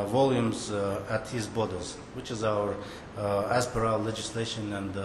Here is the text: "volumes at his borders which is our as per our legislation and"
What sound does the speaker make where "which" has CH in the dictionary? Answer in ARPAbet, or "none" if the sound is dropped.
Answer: CH